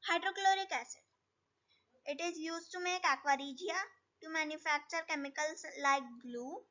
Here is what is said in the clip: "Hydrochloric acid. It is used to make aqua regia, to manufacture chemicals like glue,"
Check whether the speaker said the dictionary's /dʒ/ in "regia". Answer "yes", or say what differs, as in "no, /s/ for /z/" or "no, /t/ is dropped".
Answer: yes